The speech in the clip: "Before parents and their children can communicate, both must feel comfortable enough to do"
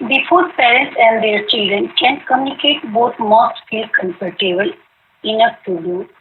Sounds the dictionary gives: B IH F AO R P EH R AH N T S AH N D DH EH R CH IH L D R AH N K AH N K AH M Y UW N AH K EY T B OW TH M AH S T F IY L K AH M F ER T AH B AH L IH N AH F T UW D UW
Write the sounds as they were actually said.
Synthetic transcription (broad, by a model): B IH F AO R P EH R AH N T S AH N D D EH R CH IH L D R AH N K AH N K AH M Y UW N AH K EY T B OW T M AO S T F IY L K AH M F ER T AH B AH L IH N AH F T UW D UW